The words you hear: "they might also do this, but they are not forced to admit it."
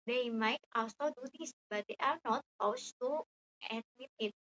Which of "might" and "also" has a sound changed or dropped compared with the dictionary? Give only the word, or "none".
also